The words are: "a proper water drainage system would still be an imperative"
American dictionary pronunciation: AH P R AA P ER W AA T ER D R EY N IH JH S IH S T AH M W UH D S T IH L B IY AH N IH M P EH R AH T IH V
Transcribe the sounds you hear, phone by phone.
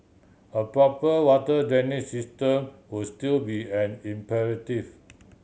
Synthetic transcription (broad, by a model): AH P R AA P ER W AA T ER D EY N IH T S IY S T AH M W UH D S T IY L B IY AH N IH M P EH R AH T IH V